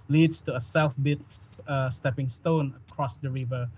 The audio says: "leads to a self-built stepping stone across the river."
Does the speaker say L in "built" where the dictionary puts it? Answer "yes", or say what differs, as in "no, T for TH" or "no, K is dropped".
no, L is dropped